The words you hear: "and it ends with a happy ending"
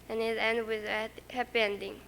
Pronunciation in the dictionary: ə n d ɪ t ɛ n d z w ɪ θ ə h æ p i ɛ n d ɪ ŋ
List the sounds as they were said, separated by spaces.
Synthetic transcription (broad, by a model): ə n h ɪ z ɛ n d w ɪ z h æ p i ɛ n d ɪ ŋ